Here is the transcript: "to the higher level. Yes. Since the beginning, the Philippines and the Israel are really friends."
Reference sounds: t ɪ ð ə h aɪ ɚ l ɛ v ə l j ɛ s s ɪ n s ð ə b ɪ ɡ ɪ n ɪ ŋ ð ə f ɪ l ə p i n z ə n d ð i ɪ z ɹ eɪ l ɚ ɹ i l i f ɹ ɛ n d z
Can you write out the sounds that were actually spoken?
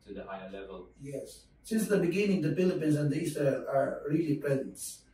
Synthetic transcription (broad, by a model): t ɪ ð ə h aɪ ɚ l ɛ v ə l j ɛ s s ɪ n s ð ə b ɪ ɡ ɪ n ɪ ŋ ð ə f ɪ l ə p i n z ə n ð i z ʌ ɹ ɚ ɹ i l i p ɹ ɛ n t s